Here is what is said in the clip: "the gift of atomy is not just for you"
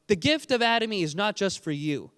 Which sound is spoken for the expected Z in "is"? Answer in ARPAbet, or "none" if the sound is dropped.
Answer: Z